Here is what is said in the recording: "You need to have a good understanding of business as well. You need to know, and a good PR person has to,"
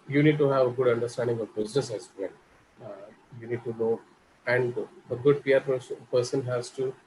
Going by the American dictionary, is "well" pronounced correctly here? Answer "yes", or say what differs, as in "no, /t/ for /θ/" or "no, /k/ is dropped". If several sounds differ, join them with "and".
no, /n/ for /l/